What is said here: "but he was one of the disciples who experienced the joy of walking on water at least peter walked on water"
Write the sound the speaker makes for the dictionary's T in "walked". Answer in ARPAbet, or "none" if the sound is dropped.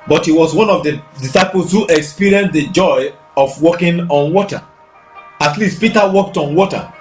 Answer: T